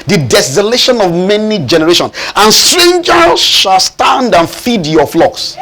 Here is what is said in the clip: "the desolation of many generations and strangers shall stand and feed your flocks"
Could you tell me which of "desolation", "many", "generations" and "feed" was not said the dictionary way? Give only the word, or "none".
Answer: generations